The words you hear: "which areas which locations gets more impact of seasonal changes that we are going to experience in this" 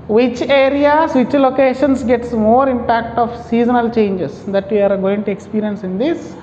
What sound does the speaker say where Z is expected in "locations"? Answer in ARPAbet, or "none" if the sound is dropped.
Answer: S